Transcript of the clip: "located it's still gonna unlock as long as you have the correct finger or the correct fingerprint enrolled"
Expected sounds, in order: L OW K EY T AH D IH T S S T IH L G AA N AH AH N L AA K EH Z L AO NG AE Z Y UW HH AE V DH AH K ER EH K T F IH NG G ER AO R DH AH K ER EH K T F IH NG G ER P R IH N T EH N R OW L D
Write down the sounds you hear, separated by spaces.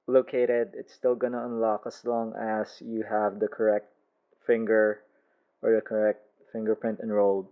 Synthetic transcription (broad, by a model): L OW K EY T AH D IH T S S T IH L G AA N AH AH N L AA K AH S L AO NG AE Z Y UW HH AE V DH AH K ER EH K T F IH NG G ER AO R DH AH K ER EH K T F IH NG G ER P R IH N T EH N R OW L D